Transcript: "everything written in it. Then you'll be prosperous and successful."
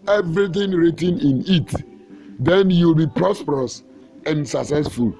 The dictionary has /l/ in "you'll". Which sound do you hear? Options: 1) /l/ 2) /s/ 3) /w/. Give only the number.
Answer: 1